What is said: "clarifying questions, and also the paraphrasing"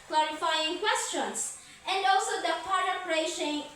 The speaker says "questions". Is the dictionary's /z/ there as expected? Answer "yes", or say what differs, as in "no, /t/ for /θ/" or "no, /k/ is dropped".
no, /s/ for /z/